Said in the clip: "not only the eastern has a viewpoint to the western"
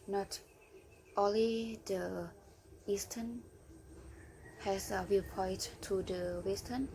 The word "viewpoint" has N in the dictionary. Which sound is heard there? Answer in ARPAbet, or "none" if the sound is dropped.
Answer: none